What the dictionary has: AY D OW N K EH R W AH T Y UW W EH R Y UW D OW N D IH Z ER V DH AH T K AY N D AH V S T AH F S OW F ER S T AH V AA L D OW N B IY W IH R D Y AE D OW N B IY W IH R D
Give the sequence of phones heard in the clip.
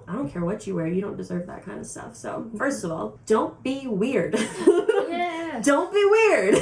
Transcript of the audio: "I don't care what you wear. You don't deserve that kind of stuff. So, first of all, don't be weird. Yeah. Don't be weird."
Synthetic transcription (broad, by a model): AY D OW N K EH R W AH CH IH W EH R Y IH D OW N D IH Z ER V DH AH T K AY N D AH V S T AH F S OW F ER S T AH V AA L D OW N B IY W IH R D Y D OW N B IY W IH R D